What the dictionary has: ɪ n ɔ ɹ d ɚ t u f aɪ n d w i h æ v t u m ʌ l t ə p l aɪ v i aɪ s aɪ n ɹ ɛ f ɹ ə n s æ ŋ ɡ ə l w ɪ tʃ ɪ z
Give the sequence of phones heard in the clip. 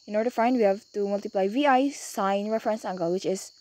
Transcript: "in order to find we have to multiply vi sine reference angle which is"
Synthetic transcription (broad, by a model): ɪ n ɔ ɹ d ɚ t u f aɪ n d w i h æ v t u m ʌ l t ə p l aɪ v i aɪ s aɪ n ɹ ɛ f ɹ ə n s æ ŋ ɡ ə l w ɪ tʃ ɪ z